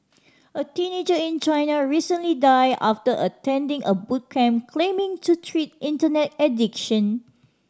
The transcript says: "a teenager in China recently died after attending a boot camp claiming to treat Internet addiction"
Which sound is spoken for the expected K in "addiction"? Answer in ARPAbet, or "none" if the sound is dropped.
K